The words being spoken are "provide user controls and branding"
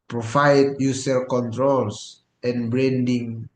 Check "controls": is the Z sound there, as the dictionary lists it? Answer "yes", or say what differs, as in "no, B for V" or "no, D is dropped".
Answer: no, S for Z